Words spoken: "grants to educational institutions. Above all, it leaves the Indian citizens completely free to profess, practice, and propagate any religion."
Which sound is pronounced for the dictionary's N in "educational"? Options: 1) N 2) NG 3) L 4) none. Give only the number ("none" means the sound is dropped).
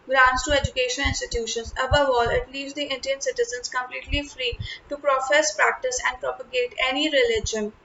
4